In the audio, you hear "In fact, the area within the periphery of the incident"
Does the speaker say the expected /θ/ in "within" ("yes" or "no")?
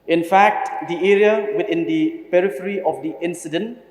no